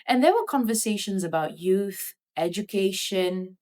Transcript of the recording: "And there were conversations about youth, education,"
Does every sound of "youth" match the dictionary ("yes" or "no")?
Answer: yes